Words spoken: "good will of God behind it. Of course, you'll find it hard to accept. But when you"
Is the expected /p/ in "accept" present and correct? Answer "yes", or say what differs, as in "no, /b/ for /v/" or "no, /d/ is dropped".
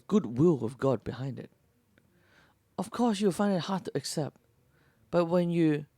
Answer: yes